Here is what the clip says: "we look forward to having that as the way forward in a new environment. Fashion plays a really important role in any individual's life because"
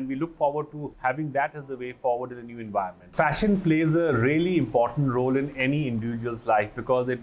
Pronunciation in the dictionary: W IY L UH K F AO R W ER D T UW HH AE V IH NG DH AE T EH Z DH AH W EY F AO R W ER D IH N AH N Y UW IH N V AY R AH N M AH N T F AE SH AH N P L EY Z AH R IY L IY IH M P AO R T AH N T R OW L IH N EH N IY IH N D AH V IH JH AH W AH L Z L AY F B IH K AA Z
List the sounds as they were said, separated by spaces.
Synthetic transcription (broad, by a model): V IY L UH K F AO R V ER D T UW HH AE V IH NG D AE T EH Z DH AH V EY F AO R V ER D IH N AH N Y UW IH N V AY AH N M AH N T F AE SH AH N P L EY Z AH R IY L IY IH M P AO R T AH N T R OW L IH N EH N IY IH N D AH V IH JH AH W AH L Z L AY F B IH K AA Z